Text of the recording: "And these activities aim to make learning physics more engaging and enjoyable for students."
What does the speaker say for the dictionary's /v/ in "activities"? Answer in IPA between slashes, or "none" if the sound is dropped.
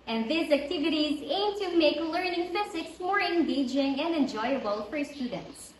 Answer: /v/